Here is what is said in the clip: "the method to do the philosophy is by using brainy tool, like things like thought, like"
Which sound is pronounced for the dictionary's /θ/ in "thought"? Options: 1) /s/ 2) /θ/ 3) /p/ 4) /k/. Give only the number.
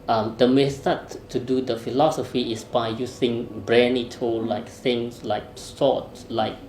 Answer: 1